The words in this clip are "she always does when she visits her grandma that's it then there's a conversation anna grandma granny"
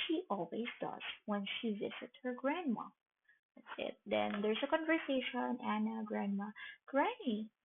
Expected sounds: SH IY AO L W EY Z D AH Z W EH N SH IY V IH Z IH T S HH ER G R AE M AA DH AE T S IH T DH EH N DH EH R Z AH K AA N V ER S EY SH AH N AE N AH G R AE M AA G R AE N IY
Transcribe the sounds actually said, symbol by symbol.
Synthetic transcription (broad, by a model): SH IY AO L W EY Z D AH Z W EH N SH IY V IH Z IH T HH ER G R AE M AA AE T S IH T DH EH N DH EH R S AH K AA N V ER S EY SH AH N AE N AH G R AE M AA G R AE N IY